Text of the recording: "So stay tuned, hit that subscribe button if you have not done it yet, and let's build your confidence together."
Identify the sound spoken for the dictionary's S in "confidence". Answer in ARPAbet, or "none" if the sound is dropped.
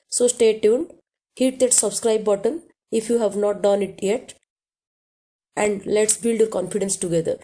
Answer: S